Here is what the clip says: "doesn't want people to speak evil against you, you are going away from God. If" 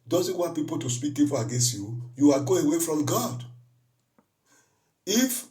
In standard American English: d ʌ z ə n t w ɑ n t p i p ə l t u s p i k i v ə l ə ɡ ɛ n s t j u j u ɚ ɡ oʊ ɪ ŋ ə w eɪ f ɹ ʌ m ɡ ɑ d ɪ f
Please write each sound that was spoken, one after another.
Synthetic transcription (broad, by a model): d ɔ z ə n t w ɑ n t p i p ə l t u s p i k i p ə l ə ɡ ɛ n s t j u j u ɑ ɡ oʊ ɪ w eɪ f ɹ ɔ m ɡ ɑ d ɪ f